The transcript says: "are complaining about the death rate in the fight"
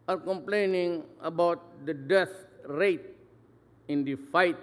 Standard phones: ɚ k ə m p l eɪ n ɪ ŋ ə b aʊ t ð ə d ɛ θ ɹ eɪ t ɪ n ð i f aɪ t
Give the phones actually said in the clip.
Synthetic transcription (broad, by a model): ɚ k ə m p l eɪ n ɪ ŋ ə b aʊ t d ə d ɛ t ɹ eɪ t ɪ n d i f aɪ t